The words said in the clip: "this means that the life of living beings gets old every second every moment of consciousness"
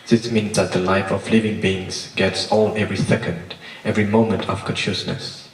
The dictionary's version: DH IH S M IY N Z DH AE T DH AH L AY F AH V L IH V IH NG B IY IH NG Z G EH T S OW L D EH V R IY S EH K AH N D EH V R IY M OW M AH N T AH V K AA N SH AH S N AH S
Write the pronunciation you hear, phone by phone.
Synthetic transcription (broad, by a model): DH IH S M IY N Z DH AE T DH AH L AY F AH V L IH V IH NG B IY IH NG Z G EH T S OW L EH V R IY S EH K AH N D EH V R IY M OW M AH N T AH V K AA N SH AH S N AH S